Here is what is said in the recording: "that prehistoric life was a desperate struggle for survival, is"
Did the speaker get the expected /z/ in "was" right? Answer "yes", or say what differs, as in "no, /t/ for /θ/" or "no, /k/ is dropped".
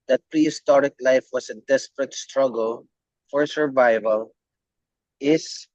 no, /s/ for /z/